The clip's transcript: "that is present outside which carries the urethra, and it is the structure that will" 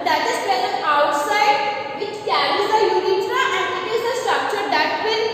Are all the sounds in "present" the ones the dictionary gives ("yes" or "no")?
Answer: no